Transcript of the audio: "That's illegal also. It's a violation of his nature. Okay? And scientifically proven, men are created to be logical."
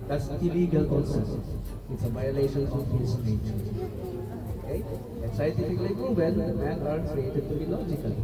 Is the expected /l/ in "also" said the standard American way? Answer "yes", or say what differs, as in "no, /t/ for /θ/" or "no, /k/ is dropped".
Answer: no, /n/ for /l/